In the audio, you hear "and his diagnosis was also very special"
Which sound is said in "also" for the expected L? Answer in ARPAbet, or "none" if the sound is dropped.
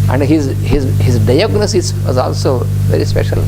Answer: L